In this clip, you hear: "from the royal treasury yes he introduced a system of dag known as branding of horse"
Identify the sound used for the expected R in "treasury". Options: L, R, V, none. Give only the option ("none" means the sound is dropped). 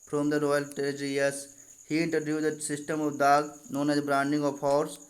none